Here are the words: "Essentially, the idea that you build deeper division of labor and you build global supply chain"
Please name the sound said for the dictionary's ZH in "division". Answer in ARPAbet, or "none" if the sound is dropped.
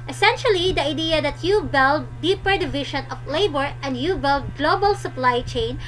SH